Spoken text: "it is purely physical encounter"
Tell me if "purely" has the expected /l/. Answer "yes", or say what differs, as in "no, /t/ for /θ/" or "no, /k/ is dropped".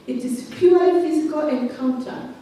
no, /l/ is dropped